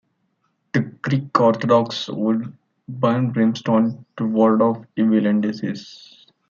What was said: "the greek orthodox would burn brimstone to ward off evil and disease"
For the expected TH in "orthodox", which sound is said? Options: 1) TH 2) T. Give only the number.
2